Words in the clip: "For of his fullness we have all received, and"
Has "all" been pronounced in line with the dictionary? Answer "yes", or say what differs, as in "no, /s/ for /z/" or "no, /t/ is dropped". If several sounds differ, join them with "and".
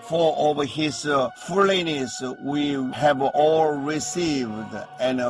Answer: yes